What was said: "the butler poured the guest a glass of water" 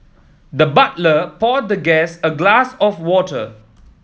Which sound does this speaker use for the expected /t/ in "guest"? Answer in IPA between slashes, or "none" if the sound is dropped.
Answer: none